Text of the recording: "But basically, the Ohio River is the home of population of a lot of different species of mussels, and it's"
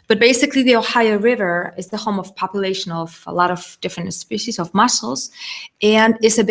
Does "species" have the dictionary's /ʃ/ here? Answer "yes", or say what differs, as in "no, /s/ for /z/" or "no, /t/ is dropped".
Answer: yes